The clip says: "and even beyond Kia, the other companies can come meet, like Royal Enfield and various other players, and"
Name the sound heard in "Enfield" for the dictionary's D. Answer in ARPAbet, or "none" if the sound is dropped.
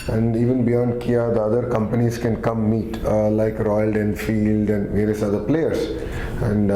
D